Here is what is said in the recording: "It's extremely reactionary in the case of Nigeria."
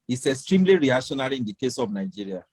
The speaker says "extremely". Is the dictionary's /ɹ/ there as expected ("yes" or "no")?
yes